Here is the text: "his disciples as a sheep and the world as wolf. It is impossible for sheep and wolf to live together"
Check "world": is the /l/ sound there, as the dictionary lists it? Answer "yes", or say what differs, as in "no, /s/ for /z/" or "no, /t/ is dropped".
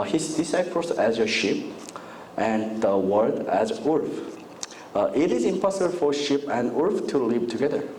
no, /l/ is dropped